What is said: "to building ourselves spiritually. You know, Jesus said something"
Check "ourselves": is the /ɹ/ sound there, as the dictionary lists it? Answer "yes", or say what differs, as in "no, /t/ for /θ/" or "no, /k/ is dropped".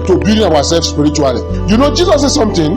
no, /w/ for /ɹ/